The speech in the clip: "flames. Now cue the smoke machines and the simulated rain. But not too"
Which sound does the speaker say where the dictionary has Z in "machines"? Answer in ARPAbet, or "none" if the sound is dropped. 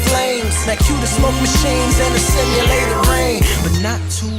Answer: Z